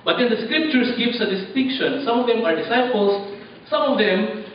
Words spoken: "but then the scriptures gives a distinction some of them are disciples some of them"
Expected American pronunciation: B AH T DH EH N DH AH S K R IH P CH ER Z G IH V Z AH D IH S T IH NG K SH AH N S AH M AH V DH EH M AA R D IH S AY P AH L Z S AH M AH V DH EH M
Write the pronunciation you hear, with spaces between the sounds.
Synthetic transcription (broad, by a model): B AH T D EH N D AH S K R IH P CH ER S G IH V S AH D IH S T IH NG K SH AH N S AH M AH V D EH M AA R D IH S AY P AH L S S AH M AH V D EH M